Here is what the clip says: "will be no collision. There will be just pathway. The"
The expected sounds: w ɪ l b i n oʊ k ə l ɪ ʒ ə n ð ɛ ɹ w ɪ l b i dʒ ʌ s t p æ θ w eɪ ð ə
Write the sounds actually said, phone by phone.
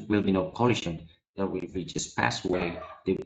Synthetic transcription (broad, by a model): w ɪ l b i n oʊ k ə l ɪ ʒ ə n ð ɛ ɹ w ɪ l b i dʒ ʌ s p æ s w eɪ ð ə